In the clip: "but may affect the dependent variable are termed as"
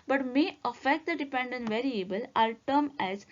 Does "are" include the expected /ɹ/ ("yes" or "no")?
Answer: no